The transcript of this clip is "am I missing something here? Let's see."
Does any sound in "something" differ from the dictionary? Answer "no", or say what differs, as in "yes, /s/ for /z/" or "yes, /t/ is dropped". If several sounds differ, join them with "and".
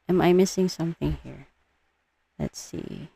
no